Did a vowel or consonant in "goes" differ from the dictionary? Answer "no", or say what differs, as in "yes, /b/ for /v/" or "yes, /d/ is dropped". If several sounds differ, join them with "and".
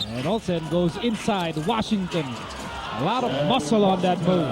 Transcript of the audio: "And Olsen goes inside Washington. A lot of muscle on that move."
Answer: no